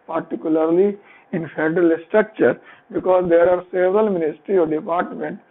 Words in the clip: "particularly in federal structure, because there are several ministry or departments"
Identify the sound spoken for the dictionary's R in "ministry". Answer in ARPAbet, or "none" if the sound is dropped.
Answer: R